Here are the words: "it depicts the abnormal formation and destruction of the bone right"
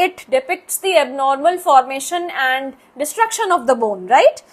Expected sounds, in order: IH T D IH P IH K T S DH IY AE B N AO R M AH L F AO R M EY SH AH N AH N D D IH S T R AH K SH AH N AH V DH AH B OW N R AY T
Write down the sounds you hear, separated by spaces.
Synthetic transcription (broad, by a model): IH T D IH P IH K T S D IY AE B N AO R M AH L F AO R M EY SH AH N AH N D D IH S T R AH K SH AH N AH V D AH B OW N R AY T